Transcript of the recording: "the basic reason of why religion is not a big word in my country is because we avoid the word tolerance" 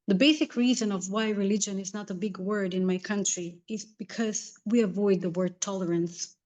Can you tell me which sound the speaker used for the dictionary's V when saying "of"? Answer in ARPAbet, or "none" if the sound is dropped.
V